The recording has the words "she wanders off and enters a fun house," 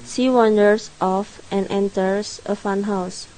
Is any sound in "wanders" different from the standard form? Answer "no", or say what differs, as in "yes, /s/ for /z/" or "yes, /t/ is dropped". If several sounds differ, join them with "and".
yes, /s/ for /z/